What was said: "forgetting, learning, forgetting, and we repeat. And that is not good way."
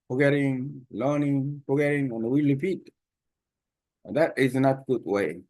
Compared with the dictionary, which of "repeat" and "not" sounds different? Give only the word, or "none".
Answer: repeat